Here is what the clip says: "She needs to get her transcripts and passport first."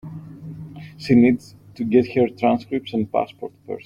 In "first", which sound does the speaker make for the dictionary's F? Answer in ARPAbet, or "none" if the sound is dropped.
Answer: P